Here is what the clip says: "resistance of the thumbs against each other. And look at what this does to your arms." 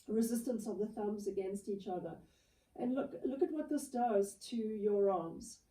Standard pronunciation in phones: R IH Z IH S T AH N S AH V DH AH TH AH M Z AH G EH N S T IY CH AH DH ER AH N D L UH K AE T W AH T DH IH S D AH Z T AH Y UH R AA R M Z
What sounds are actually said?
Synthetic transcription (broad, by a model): R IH Z IH S T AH N S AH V DH AH TH AH M Z AH G EH N S T IY CH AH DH ER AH N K L UH K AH T W AH T DH IH S D AH Z T AH Y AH R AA M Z